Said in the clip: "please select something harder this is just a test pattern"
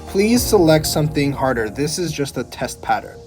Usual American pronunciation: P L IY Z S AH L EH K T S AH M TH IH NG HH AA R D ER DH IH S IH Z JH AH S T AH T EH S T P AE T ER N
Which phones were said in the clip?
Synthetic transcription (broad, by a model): P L IY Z S AH L EH K T S AH M TH IH NG HH AA R D ER DH IH S IH Z JH AH S T AH T EH S T P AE T ER N